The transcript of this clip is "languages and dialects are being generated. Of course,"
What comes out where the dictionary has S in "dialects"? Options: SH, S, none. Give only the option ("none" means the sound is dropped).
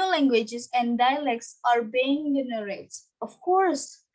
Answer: S